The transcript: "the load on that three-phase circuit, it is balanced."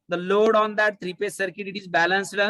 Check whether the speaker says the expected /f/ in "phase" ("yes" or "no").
no